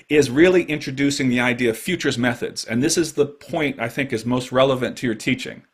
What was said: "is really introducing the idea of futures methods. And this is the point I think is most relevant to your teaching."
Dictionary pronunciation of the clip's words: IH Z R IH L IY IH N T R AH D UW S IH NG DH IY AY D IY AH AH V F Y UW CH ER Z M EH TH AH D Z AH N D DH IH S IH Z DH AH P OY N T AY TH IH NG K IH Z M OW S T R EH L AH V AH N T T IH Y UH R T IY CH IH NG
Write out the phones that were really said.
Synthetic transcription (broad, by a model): IH Z R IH L IY IH N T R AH D UW S IH NG DH IY AY D IY AH AH V F Y UW CH ER Z M EH TH AH D Z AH N DH IH S IH Z DH AH P OY N T AY TH IH NG K IH Z M OW S T R EH L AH V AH N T T IH Y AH R T IY CH IH NG